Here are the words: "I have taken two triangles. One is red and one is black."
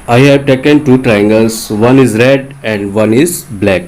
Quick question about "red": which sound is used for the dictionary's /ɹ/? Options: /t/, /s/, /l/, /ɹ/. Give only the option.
/ɹ/